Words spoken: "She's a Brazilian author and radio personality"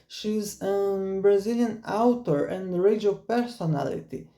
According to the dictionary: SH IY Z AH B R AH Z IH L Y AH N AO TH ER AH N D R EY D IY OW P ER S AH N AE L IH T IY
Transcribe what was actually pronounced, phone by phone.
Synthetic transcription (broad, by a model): SH IY Z AH B R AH Z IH L Y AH N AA T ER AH N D R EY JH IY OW P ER S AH N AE L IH T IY